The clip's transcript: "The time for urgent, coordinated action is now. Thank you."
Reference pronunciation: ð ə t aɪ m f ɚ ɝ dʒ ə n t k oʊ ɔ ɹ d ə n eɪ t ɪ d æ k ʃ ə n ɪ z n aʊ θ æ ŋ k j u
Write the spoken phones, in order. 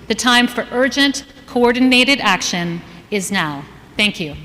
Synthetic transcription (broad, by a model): ð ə t aɪ m f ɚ ɝ dʒ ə n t k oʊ ɔ ɹ d n eɪ t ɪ d æ k ʃ ə n ɪ z n aʊ θ æ ŋ k j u